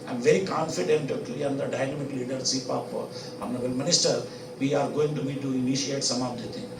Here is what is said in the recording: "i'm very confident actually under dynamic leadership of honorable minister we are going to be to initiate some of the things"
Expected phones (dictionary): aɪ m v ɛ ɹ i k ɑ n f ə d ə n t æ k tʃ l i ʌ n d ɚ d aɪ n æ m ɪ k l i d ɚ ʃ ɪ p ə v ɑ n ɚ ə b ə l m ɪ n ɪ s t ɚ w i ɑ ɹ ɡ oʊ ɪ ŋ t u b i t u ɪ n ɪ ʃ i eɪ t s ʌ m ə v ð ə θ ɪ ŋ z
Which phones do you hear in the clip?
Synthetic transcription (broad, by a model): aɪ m v ɛ ɹ i k ɑ n f ə d ə n t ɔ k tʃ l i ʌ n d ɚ d aɪ n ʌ m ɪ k l i d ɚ s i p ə p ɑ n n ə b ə l m ɪ n ɪ s t ɚ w i ɑ ɹ ɡ oʊ ɪ ŋ t u b i t u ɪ n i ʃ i eɪ t s ʌ m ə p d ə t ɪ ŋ